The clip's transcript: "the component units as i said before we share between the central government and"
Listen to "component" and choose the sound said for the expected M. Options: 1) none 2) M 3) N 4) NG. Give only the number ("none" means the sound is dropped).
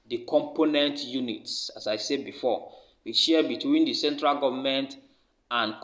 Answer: 2